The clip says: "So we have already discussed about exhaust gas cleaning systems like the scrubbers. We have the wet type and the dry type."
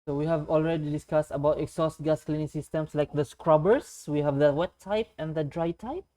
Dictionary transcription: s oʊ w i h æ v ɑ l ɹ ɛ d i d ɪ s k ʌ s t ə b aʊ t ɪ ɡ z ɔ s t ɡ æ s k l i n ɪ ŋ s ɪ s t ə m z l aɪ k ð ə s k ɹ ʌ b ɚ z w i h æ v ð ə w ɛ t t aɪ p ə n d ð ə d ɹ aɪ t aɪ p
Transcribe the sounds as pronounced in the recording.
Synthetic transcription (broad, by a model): s oʊ w i h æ v ɑ l ɹ ɛ d i d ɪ s k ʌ s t ə b aʊ t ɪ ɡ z ɔ s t ɡ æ s k l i n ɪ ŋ s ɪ s t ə m s l aɪ k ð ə s k ɹ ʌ b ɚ s w i h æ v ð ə w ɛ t t aɪ p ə n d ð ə d ɹ aɪ t aɪ p